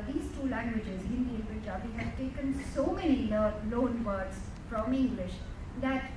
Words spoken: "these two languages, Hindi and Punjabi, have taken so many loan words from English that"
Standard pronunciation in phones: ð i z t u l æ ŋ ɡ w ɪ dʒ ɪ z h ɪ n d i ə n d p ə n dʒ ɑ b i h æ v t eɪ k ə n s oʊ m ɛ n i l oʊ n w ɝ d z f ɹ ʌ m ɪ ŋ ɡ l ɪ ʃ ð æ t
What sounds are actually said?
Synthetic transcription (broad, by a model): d i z t u l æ ŋ ɡ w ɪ dʒ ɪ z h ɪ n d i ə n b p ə dʒ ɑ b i h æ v t eɪ k ə n s oʊ m ɛ n i l oʊ n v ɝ d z f ɹ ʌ m ɪ ŋ ɡ l ɪ ʃ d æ t